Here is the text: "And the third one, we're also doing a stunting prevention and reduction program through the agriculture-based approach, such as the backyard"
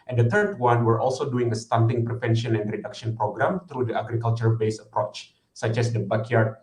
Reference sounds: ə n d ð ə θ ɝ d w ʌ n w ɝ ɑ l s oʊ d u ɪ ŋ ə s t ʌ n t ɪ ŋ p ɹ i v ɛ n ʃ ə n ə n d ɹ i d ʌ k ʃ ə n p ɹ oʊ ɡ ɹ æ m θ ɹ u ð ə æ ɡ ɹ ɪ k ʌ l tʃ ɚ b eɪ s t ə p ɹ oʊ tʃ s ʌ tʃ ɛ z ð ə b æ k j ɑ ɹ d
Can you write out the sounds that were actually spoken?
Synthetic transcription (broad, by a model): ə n d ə t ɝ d w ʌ n w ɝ ɑ l s oʊ d u ɪ ŋ ə s t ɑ n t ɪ ŋ p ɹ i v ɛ n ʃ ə n ə n d ɹ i d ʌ k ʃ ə n p ɹ oʊ ɡ ɹ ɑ m t ɹ u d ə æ ɡ ɹ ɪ k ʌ l tʃ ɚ b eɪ s ə p ɹ oʊ tʃ s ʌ tʃ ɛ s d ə b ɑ k j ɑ ɹ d